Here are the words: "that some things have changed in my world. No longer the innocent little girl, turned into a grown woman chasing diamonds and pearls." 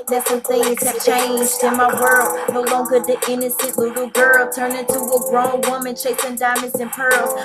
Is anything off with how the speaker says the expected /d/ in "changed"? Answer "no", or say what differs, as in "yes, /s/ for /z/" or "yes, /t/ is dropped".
no